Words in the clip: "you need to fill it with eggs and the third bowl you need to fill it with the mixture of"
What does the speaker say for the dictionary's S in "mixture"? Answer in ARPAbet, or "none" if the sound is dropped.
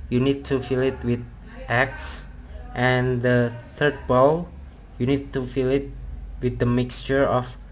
S